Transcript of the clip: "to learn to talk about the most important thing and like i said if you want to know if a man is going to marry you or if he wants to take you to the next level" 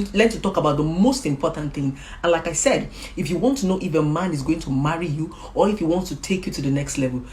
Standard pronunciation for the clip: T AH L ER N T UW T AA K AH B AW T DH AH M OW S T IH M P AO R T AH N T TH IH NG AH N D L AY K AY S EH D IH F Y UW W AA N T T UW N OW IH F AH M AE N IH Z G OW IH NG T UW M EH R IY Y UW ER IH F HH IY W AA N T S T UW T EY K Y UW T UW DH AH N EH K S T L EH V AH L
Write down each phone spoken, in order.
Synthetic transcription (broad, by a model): L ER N T UW T AA K AH B AW T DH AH M OW S T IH M P AO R T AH N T TH IH NG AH N L AY K AY S EH D IH F Y UW W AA N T T UW N OW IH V AH M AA N IH Z G OW IH NG T UW M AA R IY Y UW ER IH F HH IY W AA N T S T UW T EY K Y UW T UW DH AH N EH K S T L EH V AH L